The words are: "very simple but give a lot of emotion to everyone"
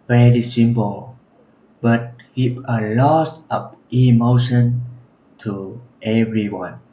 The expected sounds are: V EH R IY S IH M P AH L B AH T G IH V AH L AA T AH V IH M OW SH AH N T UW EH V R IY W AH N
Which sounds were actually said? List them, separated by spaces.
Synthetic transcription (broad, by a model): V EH R IY S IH M P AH L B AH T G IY P AH L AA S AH P IH M OW SH AH N T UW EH V R IY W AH N